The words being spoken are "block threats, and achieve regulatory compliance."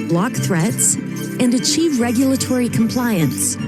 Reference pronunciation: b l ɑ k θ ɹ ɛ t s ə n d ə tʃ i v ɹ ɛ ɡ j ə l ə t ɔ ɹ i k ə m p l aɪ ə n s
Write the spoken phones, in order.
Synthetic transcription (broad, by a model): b l ɑ k θ ɹ ɛ t s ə n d ə tʃ i v ɹ ɛ ɡ j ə l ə t ɔ ɹ i k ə m p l aɪ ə n s